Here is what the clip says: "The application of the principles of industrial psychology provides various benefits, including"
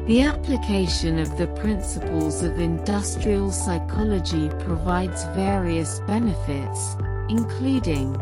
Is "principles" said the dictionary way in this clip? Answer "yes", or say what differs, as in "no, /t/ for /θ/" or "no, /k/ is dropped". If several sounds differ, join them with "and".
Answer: yes